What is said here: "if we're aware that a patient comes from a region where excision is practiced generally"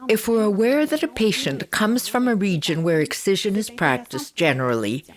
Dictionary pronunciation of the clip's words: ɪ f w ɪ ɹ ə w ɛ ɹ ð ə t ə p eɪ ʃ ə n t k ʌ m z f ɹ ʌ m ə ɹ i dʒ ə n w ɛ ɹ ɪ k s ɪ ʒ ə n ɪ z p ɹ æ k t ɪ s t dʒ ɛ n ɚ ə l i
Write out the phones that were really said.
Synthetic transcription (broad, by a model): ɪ f w ɪ ɹ ə w ɛ ɹ ð ə t ə p eɪ ʃ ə n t k ʌ m z f ɹ ʌ m ə ɹ i dʒ ə n w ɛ ɹ ɪ k s ɪ ʒ ə n ɪ z p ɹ æ k t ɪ s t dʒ ɛ n ɚ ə l i